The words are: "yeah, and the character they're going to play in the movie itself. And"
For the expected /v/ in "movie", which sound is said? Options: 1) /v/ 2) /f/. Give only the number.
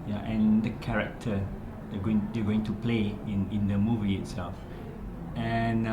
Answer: 1